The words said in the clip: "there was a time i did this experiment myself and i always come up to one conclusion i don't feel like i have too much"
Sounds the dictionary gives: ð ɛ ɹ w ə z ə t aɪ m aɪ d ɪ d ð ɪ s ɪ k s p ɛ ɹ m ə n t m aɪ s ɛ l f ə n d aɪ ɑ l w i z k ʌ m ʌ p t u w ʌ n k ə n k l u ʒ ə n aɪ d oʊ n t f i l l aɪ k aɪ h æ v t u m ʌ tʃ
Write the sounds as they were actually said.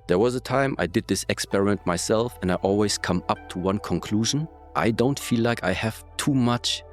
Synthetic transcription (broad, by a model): ð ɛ ɹ w ə z ə t aɪ m aɪ d ɪ d ð ɪ s ɪ k s p ɛ ɹ m ə n t m aɪ s ɛ l f ə n d aɪ ɑ l w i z k ʌ m ʌ p t u w ʌ n k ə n k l u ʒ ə n aɪ d oʊ n t f i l l aɪ k aɪ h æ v t u m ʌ tʃ